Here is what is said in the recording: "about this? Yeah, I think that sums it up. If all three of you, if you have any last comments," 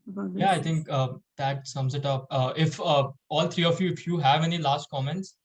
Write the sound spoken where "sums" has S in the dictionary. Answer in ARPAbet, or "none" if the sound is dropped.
S